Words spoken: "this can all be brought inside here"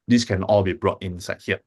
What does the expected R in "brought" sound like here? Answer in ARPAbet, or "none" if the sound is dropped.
R